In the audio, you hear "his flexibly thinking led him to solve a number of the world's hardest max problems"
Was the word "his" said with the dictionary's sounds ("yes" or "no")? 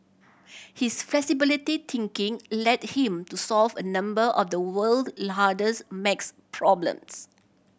no